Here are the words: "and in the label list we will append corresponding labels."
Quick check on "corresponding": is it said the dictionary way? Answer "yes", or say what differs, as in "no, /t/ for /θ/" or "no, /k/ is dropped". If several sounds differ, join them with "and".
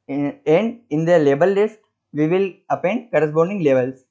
no, /b/ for /p/